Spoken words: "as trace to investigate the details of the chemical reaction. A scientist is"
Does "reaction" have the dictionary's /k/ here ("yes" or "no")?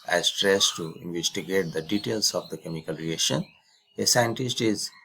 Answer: no